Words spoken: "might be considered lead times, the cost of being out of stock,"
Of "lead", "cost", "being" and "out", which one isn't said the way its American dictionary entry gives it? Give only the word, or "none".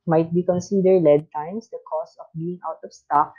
cost